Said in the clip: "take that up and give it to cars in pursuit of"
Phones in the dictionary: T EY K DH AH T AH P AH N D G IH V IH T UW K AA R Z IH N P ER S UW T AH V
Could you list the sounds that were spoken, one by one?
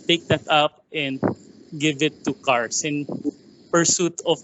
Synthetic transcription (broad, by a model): T EY K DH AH T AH P AH N D G IH V IH T UW K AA R S IH N P ER S UW T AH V